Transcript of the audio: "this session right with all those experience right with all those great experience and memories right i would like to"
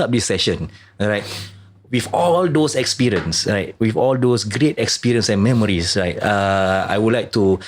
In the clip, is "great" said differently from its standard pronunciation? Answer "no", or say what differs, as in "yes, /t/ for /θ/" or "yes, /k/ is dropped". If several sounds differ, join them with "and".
no